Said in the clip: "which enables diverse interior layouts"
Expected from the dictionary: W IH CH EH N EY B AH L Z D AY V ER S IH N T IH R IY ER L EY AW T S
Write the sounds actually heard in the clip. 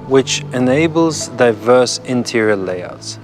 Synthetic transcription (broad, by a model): W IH CH EH N EY B AH L Z D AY V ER S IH N T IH R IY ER L EY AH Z